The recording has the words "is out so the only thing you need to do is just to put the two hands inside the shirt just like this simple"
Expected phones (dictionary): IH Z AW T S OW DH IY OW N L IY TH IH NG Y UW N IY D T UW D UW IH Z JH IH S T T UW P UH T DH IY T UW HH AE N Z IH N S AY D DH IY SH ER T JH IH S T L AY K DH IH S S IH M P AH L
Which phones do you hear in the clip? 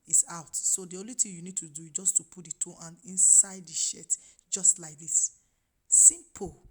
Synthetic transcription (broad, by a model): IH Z AW T S OW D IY OW N L IY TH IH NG Y UW N IY D T UW D UW JH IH S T T UW P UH T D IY T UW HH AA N IH N S AY D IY SH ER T JH IH S T L AY K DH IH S S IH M P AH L